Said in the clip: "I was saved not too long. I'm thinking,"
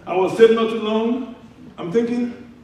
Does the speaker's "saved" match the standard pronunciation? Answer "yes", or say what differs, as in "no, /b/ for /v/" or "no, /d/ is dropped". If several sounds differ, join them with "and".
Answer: no, /v/ is dropped